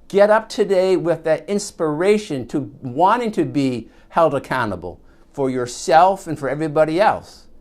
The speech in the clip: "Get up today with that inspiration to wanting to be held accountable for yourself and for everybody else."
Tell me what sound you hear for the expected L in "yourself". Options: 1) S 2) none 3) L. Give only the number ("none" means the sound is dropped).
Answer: 3